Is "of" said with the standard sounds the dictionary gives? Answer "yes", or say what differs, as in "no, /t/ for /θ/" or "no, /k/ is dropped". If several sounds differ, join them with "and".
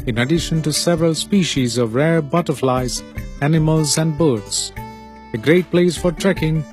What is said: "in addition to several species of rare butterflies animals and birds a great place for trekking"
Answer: yes